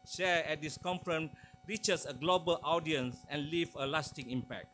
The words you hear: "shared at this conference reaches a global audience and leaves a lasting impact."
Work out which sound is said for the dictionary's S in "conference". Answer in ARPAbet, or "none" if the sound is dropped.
none